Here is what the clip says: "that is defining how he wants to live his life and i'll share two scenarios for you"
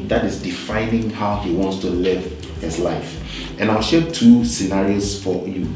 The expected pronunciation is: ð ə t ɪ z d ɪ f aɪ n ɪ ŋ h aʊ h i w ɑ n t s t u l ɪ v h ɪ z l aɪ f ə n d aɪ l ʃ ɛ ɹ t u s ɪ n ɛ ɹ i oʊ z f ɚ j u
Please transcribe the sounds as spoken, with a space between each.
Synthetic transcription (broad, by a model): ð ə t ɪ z d ɪ f aɪ n ɪ ŋ h aʊ h i w ɑ n t s t u l ɪ v h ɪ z l aɪ f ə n aɪ l ʃ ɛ t u s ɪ n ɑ ɹ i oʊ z f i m